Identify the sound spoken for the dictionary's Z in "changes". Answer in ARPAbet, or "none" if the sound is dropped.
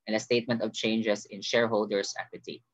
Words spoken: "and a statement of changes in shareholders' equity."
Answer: S